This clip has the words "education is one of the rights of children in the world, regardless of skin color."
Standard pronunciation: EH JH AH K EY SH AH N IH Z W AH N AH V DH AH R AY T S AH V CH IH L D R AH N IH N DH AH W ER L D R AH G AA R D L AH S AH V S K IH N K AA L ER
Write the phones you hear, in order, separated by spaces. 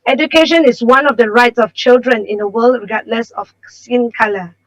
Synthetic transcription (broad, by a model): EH JH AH K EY SH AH N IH S W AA N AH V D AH R AY T S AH F CH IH L D R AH N IH N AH W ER L D R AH G AA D L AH S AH F S IH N K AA L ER